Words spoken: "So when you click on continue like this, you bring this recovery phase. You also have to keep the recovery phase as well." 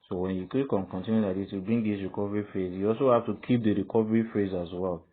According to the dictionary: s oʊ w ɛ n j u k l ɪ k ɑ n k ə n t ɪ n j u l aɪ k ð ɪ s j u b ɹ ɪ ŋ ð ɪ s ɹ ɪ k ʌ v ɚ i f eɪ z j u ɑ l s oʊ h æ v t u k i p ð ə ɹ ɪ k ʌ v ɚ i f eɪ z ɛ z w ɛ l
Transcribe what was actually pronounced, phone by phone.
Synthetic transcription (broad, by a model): s oʊ w ɛ n j u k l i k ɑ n k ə n t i n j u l aɪ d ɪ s j u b i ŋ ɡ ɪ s ɹ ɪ k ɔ v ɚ i f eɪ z j u ɑ l s oʊ h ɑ f t u k i p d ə ɹ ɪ k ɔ v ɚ i f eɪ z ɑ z w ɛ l